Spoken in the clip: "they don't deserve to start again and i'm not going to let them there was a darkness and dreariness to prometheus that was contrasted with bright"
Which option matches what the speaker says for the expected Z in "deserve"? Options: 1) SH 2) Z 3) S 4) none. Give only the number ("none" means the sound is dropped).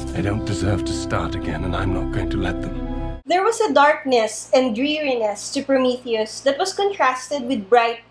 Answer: 2